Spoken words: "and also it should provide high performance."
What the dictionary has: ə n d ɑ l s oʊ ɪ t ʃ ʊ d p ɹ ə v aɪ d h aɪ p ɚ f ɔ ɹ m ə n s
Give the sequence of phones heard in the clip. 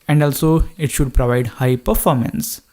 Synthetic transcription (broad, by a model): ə n d ɑ l s oʊ ɪ t ʃ ʊ d p ɹ ə v aɪ d h aɪ p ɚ f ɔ ɹ m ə n s